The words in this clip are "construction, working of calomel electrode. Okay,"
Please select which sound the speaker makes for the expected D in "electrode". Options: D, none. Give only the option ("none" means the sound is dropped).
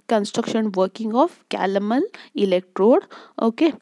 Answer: D